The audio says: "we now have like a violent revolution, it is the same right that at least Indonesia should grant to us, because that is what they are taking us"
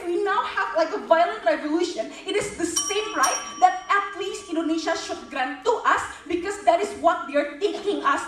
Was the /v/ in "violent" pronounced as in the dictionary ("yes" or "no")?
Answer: yes